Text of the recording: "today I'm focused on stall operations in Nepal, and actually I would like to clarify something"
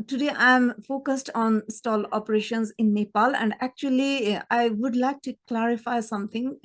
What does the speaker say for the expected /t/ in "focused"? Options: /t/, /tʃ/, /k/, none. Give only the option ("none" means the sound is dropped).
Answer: /t/